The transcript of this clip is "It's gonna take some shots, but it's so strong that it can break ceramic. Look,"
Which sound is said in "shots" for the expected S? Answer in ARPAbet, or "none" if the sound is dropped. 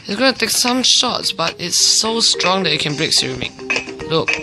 S